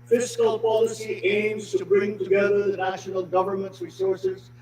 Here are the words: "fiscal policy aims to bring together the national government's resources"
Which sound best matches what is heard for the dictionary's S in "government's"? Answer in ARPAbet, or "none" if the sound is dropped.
none